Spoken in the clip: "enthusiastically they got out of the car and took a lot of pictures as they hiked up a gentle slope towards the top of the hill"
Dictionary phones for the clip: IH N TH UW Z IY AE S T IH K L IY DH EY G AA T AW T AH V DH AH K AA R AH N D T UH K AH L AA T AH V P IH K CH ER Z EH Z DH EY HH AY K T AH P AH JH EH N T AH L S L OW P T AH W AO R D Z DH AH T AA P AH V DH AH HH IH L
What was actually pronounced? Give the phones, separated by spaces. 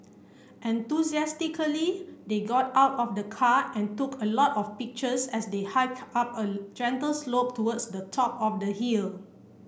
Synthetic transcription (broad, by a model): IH N T UW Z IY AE S T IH K L IY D EY G AA T AW T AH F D AH K AA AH N T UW K AH L AA T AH F P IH K CH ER S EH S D EY HH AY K AA P AH JH EH N T AH L S L OW P T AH W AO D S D AH T AA P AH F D AH HH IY L